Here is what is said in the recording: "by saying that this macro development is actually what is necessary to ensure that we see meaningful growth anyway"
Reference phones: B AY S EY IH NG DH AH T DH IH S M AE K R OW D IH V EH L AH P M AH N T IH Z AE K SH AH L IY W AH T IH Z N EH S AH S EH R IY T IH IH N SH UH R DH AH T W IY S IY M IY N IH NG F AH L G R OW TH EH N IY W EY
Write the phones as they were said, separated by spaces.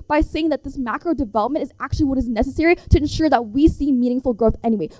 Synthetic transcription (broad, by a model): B AY S EY IH NG DH AH T DH IH S M AE K R OW D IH V EH L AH P M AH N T IH Z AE K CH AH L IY W AH T IH Z N EH S AH S EH R IY T IH IH N SH UH R DH AH T W IY S IY M IY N IH NG F L G R OW TH EH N IY W EY